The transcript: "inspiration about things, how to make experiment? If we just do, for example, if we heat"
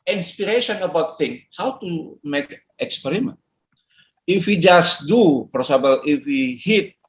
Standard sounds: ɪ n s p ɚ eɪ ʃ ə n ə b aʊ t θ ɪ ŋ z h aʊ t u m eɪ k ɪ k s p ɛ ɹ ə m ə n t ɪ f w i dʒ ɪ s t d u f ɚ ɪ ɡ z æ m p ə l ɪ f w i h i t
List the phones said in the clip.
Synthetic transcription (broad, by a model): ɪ n s p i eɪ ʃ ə n ə b aʊ t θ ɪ ŋ h aʊ t u m eɪ k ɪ k s p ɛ ɹ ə m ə n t ɪ f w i dʒ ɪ s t d u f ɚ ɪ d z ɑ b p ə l ɪ f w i h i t